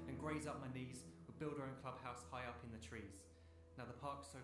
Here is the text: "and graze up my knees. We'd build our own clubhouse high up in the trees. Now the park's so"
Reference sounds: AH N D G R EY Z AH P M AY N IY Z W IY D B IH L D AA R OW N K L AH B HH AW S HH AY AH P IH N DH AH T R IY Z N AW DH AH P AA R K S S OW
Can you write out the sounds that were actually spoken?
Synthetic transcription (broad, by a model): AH N G R EY Z AH P M AY N IY Z W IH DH B IH L D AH R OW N K L AH B HH AW S HH AY AH P IH N DH AH T R IY Z N AW DH AH P AA K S S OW